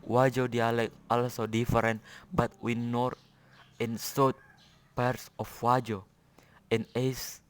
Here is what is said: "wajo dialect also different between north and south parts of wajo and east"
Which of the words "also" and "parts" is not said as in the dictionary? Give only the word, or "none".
none